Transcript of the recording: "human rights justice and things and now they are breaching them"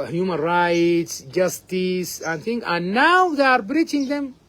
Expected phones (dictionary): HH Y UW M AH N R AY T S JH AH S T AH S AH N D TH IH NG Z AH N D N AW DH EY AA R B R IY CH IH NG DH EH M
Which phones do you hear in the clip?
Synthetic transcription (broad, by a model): HH Y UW M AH N R AY T S JH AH S T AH S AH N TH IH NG AH N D N AW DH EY AA R B R IY CH IH NG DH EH M